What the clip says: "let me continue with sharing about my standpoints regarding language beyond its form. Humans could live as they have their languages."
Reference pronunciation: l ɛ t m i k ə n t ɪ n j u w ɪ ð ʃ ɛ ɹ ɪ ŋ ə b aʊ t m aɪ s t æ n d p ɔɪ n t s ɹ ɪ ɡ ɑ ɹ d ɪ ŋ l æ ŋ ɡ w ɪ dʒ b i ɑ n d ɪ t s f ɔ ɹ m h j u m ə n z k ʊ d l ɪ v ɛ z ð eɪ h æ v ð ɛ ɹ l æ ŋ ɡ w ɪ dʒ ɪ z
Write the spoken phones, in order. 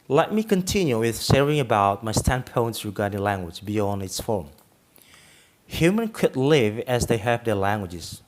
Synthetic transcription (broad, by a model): l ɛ t m i k ə n t ɪ n j u w ɪ ð s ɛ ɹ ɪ ŋ ə b aʊ t m aɪ s t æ n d p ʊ n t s ɹ ɪ ɡ ɑ ɹ d ɪ ŋ l æ ŋ ɡ w ɪ dʒ b i ɑ n d ɪ t s f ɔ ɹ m h j u m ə n k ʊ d l ɪ v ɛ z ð eɪ h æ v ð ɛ ɹ l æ ŋ ɡ w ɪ dʒ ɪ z